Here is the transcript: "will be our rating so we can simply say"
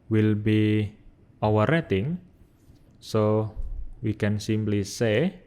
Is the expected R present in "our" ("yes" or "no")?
no